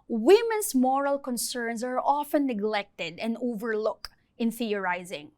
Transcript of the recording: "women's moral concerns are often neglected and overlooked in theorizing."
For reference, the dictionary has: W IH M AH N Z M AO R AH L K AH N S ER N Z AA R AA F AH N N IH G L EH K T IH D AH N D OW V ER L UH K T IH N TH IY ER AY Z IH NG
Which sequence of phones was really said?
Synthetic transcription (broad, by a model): W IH M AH N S M AO R AH L K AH N S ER N S AA R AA F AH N N IH G L EH K T IH D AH N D OW V ER L UH K T IH N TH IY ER AY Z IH NG